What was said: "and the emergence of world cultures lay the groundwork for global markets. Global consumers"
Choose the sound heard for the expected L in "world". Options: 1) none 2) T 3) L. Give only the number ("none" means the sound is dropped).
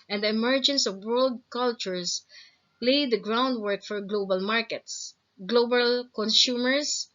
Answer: 3